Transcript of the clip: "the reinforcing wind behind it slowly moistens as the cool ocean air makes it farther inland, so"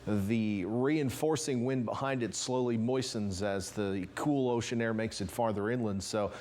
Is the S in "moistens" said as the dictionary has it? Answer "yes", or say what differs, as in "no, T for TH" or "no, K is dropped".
yes